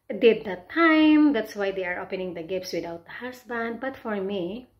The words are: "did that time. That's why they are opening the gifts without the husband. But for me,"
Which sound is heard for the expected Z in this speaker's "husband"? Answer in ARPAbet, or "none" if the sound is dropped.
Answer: S